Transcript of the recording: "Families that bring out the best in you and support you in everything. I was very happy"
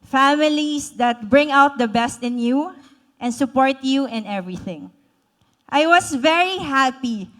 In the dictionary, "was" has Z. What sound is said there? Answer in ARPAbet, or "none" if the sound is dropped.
S